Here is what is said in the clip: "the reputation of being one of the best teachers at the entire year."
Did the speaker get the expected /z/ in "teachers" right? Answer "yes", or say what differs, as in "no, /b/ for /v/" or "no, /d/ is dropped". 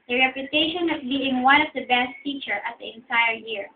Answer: no, /z/ is dropped